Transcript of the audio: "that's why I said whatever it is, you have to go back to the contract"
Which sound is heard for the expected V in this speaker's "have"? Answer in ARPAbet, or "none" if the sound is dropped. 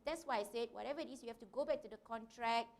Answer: F